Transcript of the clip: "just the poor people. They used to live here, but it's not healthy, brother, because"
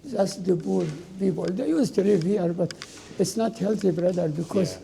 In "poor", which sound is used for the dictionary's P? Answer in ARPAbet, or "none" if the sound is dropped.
B